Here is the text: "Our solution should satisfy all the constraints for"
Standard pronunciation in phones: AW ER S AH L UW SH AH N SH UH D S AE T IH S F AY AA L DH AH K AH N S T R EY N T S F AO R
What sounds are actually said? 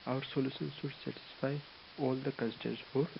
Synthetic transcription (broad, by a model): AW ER S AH L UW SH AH N S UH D S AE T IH S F AY AA L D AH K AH S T EY T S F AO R